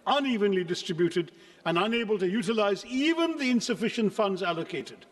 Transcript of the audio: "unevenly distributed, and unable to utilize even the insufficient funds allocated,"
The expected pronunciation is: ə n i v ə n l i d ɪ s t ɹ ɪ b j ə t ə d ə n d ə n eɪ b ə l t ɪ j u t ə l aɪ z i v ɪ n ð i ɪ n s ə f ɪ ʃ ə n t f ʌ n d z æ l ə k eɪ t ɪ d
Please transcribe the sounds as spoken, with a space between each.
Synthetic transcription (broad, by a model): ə n i v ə n l i d ɪ s t ɹ ɪ b j ə t ə d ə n ə n eɪ b ə l t ɪ j u t ə l aɪ z i v ɪ n ð i ɪ n s ə f ɪ ʃ ə n t f ʌ n d z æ l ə k eɪ t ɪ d